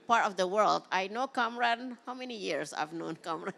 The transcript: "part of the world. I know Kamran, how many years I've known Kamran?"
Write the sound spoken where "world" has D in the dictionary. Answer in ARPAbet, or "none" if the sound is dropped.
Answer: D